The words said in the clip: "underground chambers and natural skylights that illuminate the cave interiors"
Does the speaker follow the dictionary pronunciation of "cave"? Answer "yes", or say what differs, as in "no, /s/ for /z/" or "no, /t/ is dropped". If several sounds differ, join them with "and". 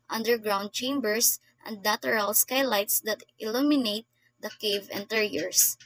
yes